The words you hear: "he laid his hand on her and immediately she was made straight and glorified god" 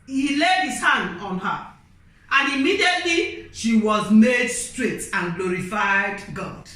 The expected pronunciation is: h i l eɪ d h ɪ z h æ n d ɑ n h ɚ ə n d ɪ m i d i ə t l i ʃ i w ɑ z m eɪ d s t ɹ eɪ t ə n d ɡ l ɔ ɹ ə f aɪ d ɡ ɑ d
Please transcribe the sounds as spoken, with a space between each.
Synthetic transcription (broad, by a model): h i l eɪ d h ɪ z h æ n d ɑ n h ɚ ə n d ɪ m i d i ə t l i ʃ i w ɑ z m eɪ d s t ɹ eɪ t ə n ɡ l ɔ ɹ ə f aɪ d ɡ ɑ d